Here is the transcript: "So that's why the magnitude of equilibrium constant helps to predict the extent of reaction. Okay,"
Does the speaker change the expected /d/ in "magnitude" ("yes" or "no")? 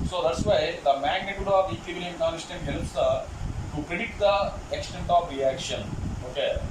no